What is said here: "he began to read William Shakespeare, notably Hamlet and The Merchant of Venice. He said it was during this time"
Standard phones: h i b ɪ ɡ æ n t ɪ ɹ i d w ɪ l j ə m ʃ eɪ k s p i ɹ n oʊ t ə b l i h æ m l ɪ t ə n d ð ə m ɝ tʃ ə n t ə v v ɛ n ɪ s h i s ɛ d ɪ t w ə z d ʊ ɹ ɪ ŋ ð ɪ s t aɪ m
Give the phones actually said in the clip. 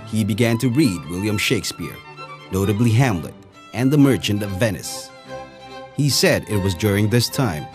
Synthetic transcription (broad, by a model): h i b ɪ ɡ æ n t ɪ ɹ i d w ɪ l j ə m ʃ eɪ k s p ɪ ɹ n oʊ t ə b l i h æ m l ɪ t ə n ð ə m ɝ tʃ ə n t ə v v ɛ n ɪ s h i s ɛ d ɪ t w ə z d ʊ ɹ ɪ ŋ ð ɪ s t aɪ m